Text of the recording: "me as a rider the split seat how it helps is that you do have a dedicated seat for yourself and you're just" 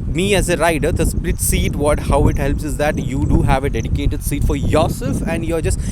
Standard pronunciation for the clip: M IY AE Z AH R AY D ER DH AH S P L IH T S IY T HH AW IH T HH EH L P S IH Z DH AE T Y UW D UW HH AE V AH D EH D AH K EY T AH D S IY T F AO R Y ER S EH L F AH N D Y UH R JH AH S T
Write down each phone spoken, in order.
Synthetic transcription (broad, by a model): M IY AE Z AH R AY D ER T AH S P L IH T S IY T HH AW IH T HH EH L P S IH Z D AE T Y UW D UW HH AE V AH D EH D AH K EY T AH D S IY T F AO R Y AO S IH F AH N D Y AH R JH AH S T